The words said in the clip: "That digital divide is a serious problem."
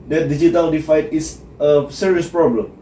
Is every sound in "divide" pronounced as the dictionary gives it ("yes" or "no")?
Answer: no